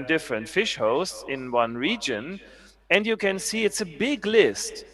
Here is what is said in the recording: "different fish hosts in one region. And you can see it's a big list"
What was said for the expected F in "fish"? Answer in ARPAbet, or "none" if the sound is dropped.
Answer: F